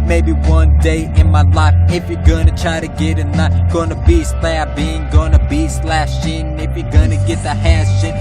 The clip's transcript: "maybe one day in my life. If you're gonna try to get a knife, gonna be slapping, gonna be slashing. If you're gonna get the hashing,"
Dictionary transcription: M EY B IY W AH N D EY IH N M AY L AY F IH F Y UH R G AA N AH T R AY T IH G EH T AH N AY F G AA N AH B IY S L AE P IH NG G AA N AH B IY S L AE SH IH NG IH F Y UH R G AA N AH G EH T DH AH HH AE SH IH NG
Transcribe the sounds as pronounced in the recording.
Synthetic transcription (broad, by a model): M EY B IY W AH N D EY IH N M AY L AY F IH F Y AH R G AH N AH T R AY T IH G EH T AH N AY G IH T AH B IY S L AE B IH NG G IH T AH B IY S L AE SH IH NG IH F Y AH R G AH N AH G EH T DH AH HH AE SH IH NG